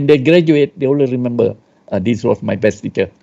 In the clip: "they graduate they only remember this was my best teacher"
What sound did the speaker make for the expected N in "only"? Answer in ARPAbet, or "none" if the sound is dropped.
none